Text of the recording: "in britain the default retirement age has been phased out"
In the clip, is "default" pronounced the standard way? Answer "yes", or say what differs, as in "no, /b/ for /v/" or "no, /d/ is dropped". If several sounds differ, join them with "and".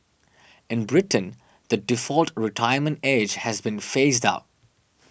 yes